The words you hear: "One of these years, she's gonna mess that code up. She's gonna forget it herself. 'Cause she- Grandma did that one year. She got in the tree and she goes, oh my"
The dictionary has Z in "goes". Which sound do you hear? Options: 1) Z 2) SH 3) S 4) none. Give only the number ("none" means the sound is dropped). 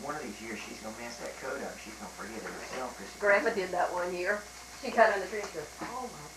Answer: 4